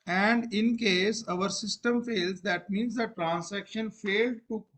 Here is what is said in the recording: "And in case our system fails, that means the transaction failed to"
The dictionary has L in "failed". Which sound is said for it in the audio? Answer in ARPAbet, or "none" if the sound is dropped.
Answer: L